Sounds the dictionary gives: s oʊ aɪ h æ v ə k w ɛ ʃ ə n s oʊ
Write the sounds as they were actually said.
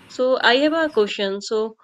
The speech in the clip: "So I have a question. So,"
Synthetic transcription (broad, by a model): s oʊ aɪ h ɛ b ə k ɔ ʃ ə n s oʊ